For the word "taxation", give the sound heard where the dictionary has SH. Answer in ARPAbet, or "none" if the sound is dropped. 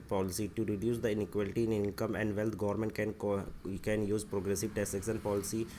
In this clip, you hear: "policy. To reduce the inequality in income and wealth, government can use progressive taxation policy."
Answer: S